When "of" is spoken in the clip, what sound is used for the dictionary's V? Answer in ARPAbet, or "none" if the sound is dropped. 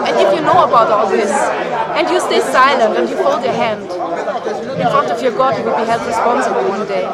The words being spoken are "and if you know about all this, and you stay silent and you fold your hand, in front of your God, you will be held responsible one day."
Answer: F